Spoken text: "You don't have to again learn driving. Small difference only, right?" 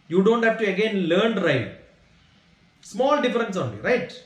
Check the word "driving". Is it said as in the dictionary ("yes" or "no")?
no